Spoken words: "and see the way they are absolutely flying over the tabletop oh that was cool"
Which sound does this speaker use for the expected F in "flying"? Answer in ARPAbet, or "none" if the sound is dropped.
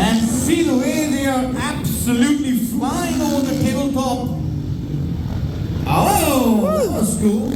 F